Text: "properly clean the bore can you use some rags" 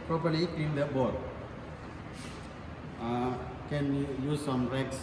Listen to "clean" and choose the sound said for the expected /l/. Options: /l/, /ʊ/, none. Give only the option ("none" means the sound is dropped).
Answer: none